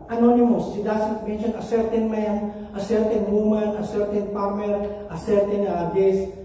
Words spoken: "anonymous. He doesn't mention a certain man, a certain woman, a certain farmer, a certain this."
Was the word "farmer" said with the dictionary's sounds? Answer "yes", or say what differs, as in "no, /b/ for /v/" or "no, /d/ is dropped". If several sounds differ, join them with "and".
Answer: no, /p/ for /f/